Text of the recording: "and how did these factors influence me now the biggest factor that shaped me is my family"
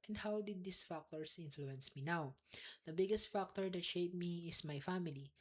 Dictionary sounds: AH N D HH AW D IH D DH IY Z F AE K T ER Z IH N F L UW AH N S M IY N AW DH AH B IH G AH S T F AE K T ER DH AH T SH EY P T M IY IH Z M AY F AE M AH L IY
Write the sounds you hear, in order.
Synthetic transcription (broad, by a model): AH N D HH AW D IH D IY S F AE K T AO S IH N F L UW AH N S M IY N AW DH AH B IH G AH S T F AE K T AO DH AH T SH EY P M IY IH S M AY F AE M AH L IY